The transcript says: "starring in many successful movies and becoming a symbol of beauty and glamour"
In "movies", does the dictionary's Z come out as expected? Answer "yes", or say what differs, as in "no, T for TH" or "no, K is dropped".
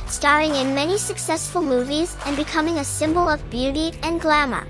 yes